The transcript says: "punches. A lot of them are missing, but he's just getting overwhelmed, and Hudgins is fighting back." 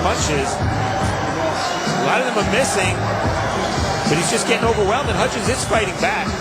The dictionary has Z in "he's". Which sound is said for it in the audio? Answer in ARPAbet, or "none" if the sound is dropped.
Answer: Z